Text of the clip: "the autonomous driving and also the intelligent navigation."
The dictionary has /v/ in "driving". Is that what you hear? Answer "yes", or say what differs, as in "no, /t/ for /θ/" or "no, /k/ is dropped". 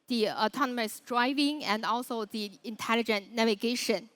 yes